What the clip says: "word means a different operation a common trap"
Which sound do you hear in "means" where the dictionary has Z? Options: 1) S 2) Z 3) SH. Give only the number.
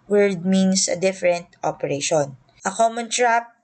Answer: 1